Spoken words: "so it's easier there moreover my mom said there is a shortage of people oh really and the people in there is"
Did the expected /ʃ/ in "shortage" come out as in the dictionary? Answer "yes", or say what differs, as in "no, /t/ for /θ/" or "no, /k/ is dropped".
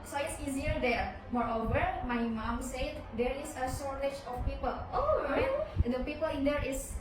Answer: no, /s/ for /ʃ/